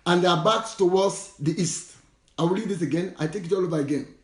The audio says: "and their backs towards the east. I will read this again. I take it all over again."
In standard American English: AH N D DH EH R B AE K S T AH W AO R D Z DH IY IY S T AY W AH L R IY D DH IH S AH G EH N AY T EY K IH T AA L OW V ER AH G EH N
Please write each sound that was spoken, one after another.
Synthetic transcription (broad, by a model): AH N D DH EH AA B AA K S T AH W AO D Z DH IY IY S T AY W AH L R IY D DH IH S AH G EH N AY T EY K IH T AA L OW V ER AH G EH N